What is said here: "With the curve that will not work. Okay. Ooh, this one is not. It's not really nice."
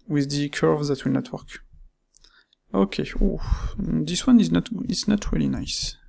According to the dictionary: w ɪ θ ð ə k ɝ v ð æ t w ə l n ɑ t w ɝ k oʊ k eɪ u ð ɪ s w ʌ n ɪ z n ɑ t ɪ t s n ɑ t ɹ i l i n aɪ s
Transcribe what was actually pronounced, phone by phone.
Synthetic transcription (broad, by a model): w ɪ ð ə k ɝ v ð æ t w ə l n ɑ t w ɝ k oʊ k eɪ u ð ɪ s w ʌ n ɪ z n ɑ t ɪ t s n ɑ t ɹ i l i n aɪ s